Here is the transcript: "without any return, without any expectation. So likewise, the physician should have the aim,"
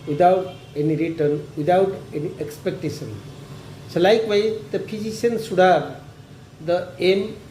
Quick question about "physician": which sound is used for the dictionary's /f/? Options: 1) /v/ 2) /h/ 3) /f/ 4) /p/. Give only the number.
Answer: 4